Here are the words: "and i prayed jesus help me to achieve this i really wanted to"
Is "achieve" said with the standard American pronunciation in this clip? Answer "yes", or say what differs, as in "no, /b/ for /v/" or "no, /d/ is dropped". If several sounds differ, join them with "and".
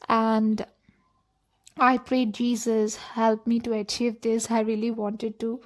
yes